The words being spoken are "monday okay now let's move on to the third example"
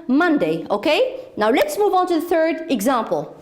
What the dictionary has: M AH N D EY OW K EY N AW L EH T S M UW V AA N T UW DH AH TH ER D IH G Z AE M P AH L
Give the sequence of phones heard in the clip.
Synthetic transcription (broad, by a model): M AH N D EY OW K EY N AW L EH T S M UW V AA N T UW DH AH TH ER D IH G Z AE M P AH L